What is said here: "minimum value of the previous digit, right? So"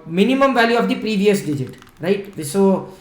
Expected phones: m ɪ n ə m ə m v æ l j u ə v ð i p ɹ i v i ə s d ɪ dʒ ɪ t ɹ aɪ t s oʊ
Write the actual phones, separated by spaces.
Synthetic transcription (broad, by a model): m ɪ n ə m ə m v æ l j u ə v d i p ɹ i v i ə s d ɪ dʒ ɪ t ɹ aɪ t s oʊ